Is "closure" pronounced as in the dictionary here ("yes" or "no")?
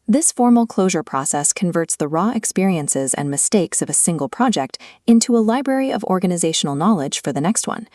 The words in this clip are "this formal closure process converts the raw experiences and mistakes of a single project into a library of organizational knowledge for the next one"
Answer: yes